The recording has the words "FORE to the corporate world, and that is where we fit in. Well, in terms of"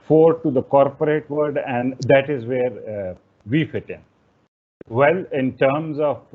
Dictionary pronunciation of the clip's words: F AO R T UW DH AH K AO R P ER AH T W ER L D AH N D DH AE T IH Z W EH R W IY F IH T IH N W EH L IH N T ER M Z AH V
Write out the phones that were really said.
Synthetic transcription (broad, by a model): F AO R T UW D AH K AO R P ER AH T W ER D AH N D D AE T IH Z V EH R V IY F IH T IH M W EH L IH N T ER M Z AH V